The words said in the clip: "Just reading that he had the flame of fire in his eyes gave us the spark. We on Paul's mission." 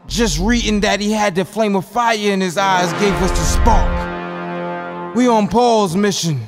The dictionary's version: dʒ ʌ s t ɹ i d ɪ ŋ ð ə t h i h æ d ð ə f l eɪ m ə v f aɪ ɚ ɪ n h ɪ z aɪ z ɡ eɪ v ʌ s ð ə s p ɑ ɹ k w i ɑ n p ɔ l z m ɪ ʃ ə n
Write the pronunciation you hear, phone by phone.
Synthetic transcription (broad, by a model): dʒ ʌ s t ɹ i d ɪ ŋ ð ə t h i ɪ d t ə f l eɪ m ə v f aɪ ɚ ɪ n ɪ z aɪ z ɡ eɪ v ʌ s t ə s p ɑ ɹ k w i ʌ n p ɔ l z m ɪ ʃ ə n